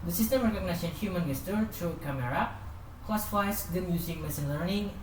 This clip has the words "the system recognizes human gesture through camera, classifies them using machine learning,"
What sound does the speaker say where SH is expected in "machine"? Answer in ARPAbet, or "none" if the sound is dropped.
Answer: S